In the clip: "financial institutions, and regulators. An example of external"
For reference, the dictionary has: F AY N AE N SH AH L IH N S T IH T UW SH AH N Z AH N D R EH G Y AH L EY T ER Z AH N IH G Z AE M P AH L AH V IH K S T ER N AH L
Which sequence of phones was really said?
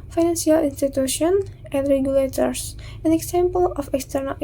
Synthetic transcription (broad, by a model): F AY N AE N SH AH L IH N S T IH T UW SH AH N AH N D R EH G Y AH L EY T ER S AH N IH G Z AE M P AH L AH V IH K S T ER N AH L